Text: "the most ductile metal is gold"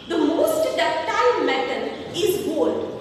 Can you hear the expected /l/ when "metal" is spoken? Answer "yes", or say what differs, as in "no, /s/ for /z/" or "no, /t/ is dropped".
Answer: no, /n/ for /l/